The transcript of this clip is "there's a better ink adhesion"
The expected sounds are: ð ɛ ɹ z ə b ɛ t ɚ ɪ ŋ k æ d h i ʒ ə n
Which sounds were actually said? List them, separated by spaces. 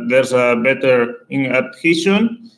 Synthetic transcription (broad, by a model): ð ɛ ɹ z ə b ɛ t ɚ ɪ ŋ æ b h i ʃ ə n